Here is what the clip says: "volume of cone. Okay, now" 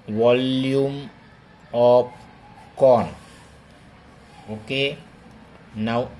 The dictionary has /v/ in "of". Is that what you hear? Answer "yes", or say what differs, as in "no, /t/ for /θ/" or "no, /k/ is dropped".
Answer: no, /p/ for /v/